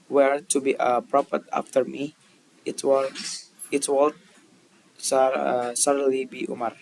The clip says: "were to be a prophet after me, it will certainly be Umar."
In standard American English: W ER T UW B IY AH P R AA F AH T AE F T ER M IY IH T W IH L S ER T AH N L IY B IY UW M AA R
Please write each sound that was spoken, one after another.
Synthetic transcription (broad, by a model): W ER T UW B IY AH P R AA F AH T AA F T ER M IY IH T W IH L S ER S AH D L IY B IY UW M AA R